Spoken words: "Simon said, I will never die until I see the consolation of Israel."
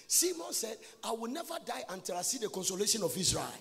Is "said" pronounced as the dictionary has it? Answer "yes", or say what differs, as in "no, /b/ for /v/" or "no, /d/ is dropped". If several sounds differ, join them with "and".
yes